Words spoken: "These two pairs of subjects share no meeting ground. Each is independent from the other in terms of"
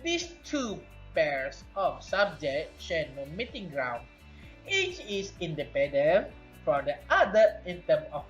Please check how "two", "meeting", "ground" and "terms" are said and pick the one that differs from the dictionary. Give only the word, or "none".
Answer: terms